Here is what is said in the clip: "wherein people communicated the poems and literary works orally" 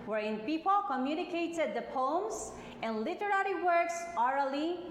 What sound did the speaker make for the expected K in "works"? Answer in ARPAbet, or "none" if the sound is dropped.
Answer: K